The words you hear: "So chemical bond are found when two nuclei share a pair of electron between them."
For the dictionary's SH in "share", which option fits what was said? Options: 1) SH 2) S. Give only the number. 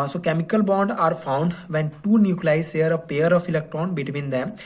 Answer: 2